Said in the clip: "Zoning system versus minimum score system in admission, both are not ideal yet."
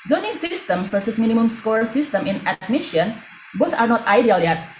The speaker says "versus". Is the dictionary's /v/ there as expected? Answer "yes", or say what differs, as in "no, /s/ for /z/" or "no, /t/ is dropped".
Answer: no, /f/ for /v/